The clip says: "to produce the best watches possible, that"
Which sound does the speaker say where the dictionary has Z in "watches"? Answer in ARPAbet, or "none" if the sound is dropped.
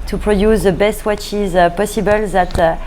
Z